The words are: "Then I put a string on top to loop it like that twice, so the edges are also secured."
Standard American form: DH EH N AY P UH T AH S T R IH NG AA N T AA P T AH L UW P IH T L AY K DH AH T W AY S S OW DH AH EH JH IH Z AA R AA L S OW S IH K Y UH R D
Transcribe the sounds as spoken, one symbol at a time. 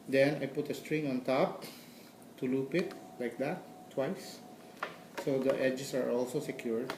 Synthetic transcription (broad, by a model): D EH N AY P UH T AH S T R IH NG AA N T AA P T AH L UW P IH T L AY K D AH T W AY S S OW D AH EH JH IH S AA R AA L S OW S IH K Y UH R D